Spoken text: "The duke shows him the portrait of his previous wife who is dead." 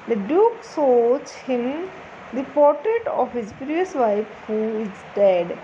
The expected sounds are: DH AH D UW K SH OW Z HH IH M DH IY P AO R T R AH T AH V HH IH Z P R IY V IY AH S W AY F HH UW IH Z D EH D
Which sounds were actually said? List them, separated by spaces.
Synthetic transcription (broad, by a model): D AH D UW K S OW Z HH IH M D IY P AO R T R AH T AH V HH IH Z P R IY V IY AH S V AY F HH UW IH Z D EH D